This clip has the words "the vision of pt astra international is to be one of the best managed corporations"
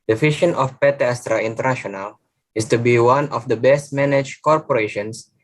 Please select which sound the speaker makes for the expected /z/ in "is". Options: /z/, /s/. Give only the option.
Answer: /s/